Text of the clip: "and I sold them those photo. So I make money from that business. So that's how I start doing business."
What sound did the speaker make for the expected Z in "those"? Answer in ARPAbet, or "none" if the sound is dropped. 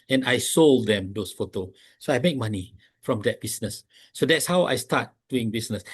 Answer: S